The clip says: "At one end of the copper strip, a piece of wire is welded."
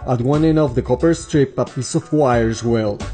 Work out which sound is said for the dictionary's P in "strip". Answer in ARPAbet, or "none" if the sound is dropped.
P